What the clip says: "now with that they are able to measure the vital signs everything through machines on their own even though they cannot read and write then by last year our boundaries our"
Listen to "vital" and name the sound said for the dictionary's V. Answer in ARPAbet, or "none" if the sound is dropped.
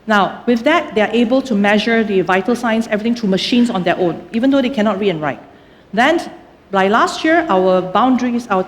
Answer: V